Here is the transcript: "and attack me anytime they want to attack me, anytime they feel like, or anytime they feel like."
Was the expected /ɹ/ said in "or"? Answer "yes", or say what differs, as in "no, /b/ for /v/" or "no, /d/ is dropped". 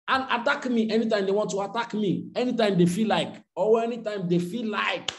no, /w/ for /ɹ/